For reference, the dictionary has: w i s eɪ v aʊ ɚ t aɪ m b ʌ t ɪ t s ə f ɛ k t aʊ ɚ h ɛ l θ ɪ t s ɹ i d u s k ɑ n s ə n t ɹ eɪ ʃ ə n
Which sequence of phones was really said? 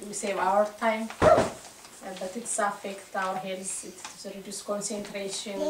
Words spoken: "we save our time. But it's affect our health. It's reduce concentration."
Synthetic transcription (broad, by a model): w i s eɪ v aʊ ɚ t aɪ m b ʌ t ɪ t s ə f ɛ k t aʊ ɚ h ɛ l s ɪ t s ɹ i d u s k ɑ n s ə n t ɹ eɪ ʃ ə n